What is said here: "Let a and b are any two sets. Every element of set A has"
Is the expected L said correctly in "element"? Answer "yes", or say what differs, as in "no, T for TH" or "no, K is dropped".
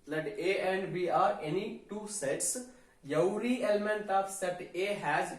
yes